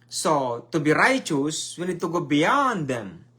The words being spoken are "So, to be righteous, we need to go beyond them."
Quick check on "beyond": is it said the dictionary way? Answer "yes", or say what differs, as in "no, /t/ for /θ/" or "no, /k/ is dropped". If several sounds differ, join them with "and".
yes